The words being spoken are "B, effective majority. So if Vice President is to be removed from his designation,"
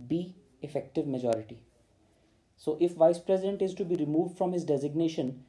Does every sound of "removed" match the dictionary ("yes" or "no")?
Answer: yes